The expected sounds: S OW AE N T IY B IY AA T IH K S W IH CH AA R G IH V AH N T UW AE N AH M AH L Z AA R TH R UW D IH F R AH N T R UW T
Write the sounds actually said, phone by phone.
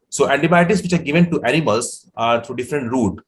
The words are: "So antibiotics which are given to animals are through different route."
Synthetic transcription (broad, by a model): S OW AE N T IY B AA T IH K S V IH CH AA R G IH V AH N T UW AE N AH M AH L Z AA R T R UW D IH F R AH N T R UW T